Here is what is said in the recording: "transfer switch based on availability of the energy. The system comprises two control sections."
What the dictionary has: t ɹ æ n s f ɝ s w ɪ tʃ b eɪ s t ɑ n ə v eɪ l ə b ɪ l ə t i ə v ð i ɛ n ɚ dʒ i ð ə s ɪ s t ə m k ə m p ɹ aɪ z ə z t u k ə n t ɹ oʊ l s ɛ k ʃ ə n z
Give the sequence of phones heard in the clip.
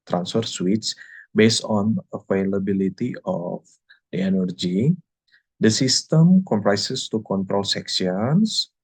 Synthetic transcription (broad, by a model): t ɹ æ n s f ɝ s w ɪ s b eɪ s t ɑ n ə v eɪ l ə b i l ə t i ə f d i ɛ n ɚ dʒ i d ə s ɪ s t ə m k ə m p ɹ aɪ s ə s t u k ə n t ɹ oʊ l s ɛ k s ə n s